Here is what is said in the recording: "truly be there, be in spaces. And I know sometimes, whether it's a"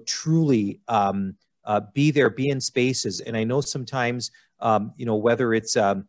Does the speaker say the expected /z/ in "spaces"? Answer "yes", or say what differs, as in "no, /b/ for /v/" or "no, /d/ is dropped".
yes